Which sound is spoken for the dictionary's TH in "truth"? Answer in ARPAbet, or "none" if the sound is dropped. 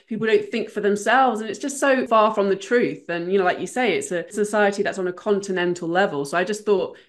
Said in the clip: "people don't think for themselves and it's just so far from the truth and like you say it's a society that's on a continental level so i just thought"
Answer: TH